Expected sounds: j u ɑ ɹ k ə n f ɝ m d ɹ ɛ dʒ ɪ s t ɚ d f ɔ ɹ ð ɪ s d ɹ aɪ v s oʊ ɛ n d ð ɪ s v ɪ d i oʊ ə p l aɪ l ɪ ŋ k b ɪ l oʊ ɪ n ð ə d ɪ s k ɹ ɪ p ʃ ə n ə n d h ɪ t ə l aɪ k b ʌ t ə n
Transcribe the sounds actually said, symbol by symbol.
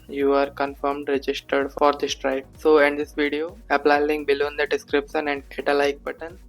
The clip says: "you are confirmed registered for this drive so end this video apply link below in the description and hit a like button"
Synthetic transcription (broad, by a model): j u ɑ ɹ k ə n f ɝ m d ɹ ɛ dʒ ɪ s t ɚ d f ɔ ɹ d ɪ s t ɹ aɪ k s oʊ ɛ n d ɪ s v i d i oʊ ə p l aɪ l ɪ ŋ b ɪ l oʊ n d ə d ɪ s k ɹ ɪ p ʃ ə n ə n d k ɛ t ə l aɪ k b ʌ t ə n